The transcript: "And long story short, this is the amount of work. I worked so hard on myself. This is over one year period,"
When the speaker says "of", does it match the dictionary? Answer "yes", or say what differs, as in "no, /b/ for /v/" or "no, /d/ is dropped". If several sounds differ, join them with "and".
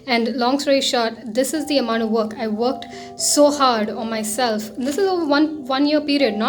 yes